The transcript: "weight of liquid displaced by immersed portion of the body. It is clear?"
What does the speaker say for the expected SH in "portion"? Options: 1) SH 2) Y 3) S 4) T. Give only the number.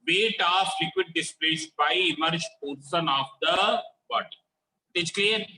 3